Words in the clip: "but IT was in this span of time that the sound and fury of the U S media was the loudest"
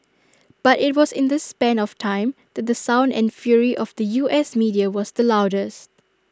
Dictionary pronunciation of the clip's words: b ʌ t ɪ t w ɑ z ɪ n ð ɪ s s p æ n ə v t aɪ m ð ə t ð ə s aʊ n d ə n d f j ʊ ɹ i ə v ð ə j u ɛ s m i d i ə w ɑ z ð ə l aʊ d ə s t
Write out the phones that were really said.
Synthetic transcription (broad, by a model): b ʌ t ɪ t w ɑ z ɪ n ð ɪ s s p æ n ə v t aɪ m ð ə t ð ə s aʊ n d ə n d f j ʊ ɹ i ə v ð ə j u ɛ s m i d i ə w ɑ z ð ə l aʊ d ə s t